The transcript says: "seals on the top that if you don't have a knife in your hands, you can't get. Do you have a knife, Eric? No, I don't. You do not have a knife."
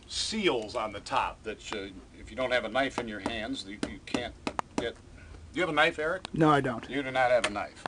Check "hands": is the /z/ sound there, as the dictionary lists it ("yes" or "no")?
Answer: yes